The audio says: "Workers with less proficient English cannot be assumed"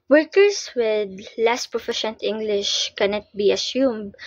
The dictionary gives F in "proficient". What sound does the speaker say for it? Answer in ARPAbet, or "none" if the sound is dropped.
F